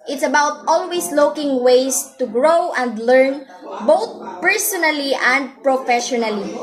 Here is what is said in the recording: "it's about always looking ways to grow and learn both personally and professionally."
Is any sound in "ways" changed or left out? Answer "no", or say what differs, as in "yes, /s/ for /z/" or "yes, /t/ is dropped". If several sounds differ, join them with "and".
yes, /s/ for /z/